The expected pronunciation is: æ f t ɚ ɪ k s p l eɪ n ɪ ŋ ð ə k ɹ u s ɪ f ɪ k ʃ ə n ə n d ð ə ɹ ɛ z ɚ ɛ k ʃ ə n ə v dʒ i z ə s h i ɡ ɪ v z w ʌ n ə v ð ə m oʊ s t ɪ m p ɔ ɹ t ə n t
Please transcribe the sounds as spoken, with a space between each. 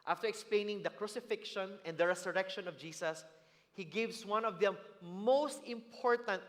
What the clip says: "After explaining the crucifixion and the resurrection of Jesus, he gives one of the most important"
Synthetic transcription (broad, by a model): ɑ f t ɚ ɪ k s p l eɪ n ɪ ŋ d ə k ɹ u s ɪ f ɪ k ʃ ə n ə n d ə ɹ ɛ s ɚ ɛ k ʃ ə n ə v dʒ i s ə s h i ɡ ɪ v s w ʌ n ə v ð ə m oʊ s t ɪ m p ɔ ɹ t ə n t